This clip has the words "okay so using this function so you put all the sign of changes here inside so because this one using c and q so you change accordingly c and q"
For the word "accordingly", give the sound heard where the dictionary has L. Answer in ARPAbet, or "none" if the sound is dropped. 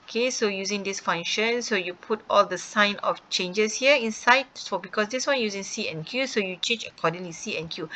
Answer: W